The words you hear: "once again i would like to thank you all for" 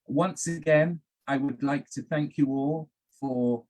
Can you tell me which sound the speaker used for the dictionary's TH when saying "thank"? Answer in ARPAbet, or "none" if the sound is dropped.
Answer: TH